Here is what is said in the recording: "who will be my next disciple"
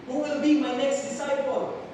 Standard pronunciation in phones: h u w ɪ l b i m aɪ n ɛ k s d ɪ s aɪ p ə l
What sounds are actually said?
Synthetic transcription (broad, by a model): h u w ɪ l b i m aɪ n ɛ k s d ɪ s aɪ p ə l